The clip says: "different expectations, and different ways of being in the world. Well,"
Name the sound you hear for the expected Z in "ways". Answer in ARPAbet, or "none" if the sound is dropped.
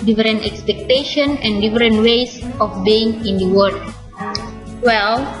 S